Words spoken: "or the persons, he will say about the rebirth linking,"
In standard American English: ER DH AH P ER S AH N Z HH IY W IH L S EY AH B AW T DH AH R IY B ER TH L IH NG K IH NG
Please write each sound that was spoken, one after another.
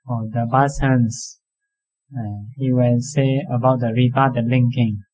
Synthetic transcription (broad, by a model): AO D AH B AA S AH N S HH IY W IH L S EY AH B AW T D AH R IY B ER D L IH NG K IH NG